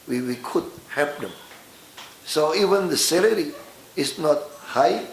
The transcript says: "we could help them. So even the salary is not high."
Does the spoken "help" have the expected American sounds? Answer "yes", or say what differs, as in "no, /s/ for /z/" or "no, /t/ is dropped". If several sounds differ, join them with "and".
no, /l/ is dropped